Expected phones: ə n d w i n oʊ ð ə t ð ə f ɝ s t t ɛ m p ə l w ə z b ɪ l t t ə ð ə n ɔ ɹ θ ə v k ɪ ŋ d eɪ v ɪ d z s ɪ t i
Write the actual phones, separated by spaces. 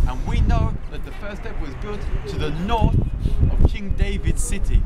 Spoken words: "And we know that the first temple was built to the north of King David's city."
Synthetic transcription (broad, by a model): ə n w i n oʊ ð ə t ð ə f ɝ s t t ɛ p w ə z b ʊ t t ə ð ə n ɔ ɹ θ ə v k ɪ ŋ d eɪ v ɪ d s ɪ t i